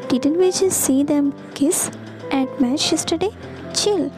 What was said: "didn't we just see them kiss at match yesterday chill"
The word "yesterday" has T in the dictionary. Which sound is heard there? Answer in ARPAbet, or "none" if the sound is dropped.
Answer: T